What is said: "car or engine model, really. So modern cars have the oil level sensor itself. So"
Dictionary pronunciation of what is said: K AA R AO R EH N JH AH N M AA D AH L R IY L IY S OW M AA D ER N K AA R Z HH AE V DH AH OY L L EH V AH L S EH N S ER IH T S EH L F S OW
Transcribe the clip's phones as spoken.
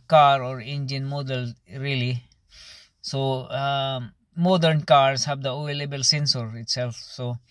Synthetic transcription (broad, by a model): K AA R AO R EH N JH AH N M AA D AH L R IY L IY S OW M AA D ER N K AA R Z HH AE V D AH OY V L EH B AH L S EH N S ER IH T S EH L F S OW